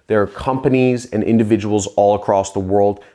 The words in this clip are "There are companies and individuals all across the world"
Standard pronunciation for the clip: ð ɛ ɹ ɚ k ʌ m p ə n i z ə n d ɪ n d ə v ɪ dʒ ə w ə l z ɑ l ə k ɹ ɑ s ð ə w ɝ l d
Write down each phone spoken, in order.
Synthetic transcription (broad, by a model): ð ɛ ɹ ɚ k ʌ m p ə n i z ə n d ɪ n d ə v ɪ dʒ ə w l z ɑ l ə k ɹ ɑ s ð ə w ɝ l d